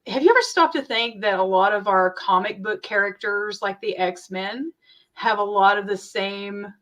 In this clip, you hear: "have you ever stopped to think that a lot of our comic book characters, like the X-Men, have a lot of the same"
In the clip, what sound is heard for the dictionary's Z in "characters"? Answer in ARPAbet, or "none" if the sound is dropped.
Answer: Z